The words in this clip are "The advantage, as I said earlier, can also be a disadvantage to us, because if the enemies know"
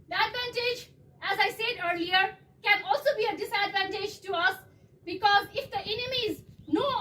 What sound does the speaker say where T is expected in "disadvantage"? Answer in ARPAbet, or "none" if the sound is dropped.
T